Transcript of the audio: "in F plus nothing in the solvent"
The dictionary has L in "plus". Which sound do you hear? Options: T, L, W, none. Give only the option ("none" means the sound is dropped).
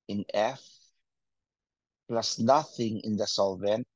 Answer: L